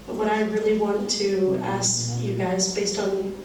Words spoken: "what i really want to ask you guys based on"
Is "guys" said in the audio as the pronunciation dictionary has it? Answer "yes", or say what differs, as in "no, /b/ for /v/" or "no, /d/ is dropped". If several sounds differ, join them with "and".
yes